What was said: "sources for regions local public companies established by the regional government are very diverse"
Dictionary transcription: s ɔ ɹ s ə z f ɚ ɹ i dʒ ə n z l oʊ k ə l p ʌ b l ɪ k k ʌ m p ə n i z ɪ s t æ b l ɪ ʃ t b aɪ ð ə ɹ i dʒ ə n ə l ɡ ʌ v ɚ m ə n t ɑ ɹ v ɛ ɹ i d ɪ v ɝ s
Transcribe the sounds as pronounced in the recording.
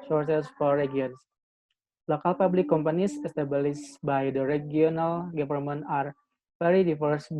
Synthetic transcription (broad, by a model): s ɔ ɹ s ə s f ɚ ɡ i ə n s l oʊ k ə l p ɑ b l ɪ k k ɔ m p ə n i s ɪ s t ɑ b l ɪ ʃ b aɪ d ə ɹ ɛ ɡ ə n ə l ɡ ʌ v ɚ m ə n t ɑ ɹ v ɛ ɹ i d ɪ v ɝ s